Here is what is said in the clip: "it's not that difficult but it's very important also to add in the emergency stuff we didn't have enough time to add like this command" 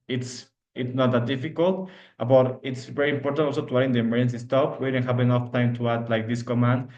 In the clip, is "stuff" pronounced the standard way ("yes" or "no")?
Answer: no